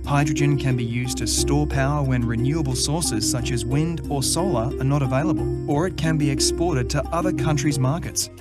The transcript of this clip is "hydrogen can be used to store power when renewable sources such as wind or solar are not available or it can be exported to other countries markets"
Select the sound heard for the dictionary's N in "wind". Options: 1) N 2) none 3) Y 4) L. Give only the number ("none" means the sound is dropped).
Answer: 1